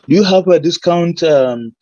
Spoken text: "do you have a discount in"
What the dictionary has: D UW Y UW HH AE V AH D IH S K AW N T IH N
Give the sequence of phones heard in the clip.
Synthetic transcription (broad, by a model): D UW Y UW HH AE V AH D IH S K AW N T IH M